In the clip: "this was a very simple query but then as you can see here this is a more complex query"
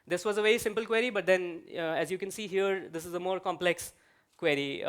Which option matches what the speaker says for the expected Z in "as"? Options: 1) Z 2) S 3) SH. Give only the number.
1